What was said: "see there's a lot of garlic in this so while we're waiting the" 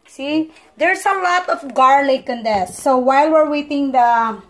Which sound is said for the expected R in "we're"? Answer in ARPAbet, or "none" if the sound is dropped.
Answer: R